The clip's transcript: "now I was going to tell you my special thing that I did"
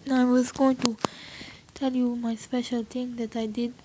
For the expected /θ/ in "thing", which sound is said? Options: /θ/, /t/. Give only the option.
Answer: /t/